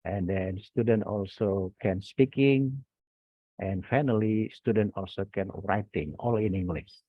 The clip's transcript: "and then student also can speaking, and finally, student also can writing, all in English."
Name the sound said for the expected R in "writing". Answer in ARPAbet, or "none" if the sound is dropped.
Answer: R